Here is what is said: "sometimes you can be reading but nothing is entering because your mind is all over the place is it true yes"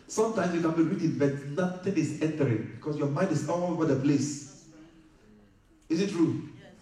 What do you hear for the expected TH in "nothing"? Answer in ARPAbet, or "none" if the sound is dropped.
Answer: T